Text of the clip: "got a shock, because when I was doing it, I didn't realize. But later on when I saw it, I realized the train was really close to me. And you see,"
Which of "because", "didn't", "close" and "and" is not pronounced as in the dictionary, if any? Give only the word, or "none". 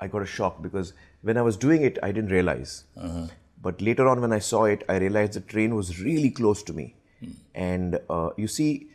none